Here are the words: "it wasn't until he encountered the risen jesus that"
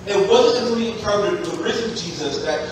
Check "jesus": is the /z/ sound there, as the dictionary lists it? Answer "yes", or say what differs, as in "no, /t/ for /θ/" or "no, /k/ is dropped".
yes